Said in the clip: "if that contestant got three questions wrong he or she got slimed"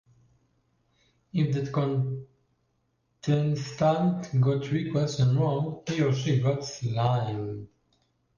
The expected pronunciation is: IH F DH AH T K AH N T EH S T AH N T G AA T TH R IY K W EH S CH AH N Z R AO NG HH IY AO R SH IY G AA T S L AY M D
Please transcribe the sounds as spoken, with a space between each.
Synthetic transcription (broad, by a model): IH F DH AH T K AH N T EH S T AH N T G AA T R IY K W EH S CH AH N R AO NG HH IY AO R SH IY G AA T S L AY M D